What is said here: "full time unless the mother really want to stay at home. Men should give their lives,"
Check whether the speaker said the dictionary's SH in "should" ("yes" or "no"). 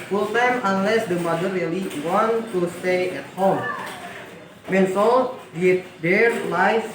no